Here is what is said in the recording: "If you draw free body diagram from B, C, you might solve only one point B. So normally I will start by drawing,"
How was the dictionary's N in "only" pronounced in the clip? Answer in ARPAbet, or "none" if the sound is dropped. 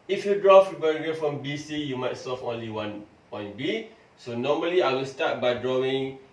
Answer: N